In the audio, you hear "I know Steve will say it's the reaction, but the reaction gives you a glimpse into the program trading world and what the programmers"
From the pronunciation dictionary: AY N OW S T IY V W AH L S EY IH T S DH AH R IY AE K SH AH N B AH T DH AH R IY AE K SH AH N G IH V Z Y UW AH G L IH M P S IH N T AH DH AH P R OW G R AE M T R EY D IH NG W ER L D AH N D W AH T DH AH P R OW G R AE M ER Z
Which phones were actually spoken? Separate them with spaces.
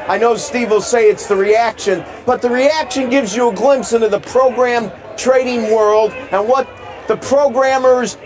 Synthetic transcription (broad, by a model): AY N OW S T IY V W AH L S EY IH T S DH AH R IY AE K SH AH N B AH T DH AH R IY AE K SH AH N G IH V Z Y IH AH G L IH M P S IH N T AH DH AH P R OW G R AE M T R EY D IH NG W ER L D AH N W AH T DH AH P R OW G R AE M ER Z